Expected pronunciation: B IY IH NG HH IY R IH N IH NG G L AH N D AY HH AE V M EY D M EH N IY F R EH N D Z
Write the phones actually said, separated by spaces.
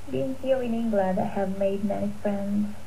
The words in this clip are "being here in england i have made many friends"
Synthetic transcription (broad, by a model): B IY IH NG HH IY L IH N IH NG G L AH N D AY HH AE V M EY D M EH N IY F R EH N D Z